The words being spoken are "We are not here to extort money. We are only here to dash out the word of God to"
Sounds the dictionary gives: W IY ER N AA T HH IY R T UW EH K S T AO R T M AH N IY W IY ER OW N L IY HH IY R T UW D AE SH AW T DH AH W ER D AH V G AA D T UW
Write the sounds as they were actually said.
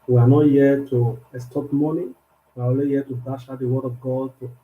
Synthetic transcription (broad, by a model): W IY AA N AA T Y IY T UW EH S T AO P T M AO N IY W IY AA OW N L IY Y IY T UW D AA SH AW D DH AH W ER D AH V G AA D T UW